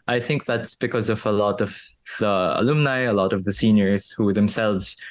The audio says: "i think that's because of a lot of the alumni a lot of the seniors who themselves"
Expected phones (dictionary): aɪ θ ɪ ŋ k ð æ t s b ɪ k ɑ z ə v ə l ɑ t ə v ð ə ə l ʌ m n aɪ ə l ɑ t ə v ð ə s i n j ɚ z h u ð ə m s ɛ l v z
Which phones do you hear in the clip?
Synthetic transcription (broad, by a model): aɪ θ ɪ ŋ k ð æ t s b ɪ k ɑ z ə v ə l ɑ t ə v ð ə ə l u m n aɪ ə l ɑ t ə v ð ə s i n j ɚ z h u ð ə m s ɛ l v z